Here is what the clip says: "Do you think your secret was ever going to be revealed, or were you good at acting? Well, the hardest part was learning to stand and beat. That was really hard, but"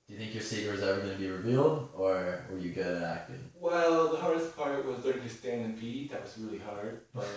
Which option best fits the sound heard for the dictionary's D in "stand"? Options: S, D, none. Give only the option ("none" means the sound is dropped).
none